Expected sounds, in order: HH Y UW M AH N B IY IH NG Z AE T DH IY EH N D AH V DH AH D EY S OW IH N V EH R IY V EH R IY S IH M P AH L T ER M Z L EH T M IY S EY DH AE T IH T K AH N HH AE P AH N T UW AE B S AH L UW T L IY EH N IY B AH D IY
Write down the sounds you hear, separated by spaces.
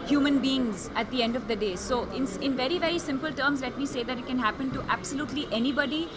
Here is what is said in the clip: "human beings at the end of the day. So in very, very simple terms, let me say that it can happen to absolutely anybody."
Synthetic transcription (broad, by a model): HH Y UW M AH N B IY IH NG Z AE T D IY EH N D AH V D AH D EY S OW IH N V EH R IY V EH R IY S IH M P AH L T ER M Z L EH T M IY S EY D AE T IH T K AH N HH AE P AH N T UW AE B S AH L UW T L IY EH N IY B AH D IY